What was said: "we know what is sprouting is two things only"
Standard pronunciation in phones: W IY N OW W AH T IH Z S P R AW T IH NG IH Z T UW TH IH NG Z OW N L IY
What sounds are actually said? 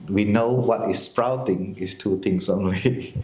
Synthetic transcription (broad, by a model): W IY N OW W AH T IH S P R AW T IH NG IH S T UW T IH NG S OW N L IY